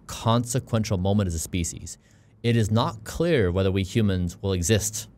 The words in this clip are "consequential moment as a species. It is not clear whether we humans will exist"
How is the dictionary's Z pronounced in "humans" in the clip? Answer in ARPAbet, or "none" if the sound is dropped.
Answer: Z